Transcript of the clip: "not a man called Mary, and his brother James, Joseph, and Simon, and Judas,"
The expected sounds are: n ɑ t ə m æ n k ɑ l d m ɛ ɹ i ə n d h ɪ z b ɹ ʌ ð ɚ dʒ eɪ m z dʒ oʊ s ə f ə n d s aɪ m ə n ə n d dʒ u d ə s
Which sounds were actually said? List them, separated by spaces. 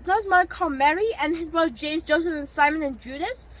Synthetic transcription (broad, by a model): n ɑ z m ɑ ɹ k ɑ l m ɛ ɹ i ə n h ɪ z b ʌ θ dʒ eɪ m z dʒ oʊ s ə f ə n s aɪ m ə n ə n dʒ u d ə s